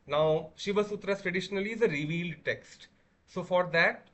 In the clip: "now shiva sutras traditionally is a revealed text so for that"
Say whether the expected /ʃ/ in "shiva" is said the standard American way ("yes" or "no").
yes